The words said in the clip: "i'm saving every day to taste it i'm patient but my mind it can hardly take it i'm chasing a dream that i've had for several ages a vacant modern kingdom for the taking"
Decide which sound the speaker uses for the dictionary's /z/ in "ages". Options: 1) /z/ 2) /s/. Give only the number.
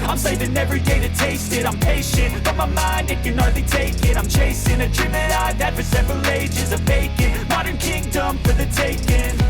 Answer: 1